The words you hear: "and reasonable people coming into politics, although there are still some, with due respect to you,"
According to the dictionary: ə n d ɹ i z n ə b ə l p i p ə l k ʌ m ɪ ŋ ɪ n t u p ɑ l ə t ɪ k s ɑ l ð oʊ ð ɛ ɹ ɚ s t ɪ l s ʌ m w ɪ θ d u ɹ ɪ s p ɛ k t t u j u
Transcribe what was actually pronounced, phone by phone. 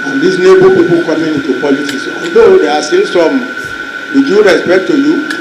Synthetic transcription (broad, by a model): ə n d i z n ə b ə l p i p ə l k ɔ m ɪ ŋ ɪ n t u p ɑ l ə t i s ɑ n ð oʊ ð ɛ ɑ s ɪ n s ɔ m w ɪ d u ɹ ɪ s p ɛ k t t u j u